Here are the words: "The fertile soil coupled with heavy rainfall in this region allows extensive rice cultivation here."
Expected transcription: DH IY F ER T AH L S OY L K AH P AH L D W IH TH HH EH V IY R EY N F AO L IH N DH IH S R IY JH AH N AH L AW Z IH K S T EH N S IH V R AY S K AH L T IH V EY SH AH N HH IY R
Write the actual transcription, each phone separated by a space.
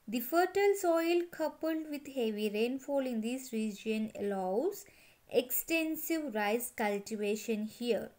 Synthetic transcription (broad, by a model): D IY F ER T AH L S OY L K AH P AH L D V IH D HH EH V IY R EY N F AO L IH N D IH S R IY JH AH N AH L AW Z IH K S T EH N S IH V R AY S K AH L T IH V EY SH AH N HH IY R